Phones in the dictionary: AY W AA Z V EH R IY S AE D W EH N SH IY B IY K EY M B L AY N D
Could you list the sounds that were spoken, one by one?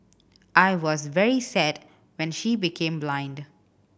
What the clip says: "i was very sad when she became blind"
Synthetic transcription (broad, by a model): AY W AA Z V EH R IY S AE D W EH N SH IY B IY K EY M B L AY N D